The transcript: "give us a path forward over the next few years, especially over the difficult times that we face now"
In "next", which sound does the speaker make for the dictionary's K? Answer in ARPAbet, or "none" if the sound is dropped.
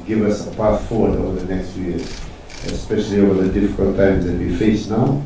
K